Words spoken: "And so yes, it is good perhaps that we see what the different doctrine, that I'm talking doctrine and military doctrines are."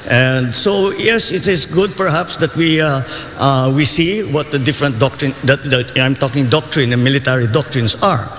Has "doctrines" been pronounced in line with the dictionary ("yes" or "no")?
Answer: no